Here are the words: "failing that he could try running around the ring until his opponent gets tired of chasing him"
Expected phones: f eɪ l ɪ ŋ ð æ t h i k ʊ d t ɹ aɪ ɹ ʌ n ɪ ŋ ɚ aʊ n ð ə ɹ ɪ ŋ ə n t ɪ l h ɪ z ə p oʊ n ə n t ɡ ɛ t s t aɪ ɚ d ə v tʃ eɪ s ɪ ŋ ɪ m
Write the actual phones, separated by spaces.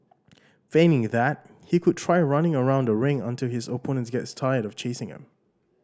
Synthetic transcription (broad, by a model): f eɪ n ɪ ŋ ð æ t h i k ʊ d t ɹ aɪ ɹ ʌ n ɪ ŋ ɚ aʊ n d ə ɹ ɪ ŋ ə n t ɪ l h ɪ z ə p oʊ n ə n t ɡ ɛ t s t aɪ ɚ d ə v tʃ eɪ s ɪ ŋ ɪ m